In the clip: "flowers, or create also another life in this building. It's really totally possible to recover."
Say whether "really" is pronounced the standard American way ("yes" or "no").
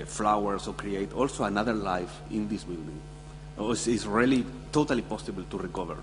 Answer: yes